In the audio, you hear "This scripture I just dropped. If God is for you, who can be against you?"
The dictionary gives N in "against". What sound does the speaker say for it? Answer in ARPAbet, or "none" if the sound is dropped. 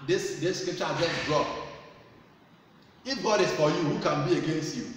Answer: N